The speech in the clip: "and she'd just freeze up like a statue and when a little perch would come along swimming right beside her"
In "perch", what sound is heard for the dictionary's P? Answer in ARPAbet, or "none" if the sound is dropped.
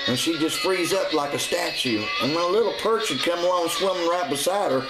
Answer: P